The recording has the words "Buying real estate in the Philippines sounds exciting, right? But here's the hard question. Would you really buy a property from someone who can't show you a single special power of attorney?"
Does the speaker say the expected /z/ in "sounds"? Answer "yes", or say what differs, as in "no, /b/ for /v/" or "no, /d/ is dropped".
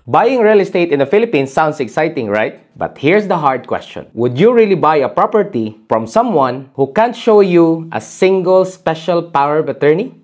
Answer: no, /s/ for /z/